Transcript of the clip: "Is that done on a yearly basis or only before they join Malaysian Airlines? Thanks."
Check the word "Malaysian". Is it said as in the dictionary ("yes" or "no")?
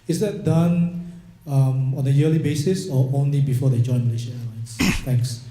no